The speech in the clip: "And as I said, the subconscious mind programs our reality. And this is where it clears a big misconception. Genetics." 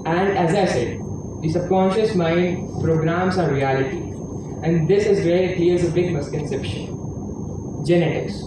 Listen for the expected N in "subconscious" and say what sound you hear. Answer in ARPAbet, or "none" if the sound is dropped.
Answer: N